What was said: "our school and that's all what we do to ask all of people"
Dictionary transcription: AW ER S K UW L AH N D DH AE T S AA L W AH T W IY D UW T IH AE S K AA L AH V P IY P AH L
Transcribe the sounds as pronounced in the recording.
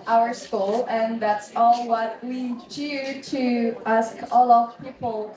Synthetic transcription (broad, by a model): AW ER S K UW L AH N DH AE T S AA L W AH T W IY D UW T IH AE S K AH L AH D P IY P L